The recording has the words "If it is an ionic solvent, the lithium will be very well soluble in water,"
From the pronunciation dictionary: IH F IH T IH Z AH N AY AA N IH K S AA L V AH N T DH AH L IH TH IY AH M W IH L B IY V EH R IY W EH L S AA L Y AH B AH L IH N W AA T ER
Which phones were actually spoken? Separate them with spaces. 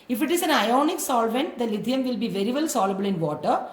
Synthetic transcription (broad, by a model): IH F IH T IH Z AH N AY AA N IH K S AA L V AH N T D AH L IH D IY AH M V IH L B IY V EH R IY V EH L S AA L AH B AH L IH N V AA T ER